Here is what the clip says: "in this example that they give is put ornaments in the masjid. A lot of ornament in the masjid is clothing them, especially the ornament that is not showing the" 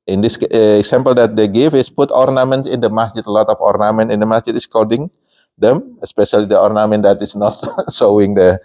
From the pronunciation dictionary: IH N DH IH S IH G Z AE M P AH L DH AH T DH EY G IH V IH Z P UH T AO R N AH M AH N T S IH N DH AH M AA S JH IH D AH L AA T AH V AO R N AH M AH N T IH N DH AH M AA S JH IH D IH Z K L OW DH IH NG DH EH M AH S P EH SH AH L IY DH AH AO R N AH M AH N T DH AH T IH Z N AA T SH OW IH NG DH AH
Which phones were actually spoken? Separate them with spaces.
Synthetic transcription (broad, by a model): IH N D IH S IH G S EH M P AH L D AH T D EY G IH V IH S P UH T AO R N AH M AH N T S IH N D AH M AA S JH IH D AH L AA T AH F AO R N AH M AH N T IH N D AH M AA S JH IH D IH S K OW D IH NG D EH M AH S P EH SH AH L IY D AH AO R N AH M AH N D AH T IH S N AA T S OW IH NG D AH